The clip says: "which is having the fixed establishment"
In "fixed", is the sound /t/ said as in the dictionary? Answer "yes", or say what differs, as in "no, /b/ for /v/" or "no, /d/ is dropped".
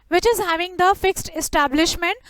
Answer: yes